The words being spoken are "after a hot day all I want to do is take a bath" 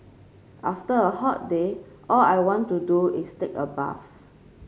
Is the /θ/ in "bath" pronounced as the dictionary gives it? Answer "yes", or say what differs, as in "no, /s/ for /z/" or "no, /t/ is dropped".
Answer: no, /f/ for /θ/